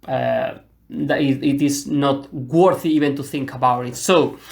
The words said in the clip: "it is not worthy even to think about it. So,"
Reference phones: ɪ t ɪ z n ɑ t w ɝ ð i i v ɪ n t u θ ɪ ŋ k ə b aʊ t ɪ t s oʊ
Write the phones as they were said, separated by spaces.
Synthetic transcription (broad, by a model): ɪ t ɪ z n ɑ t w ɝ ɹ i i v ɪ n t u θ ɪ ŋ k ə b aʊ t ɪ t s oʊ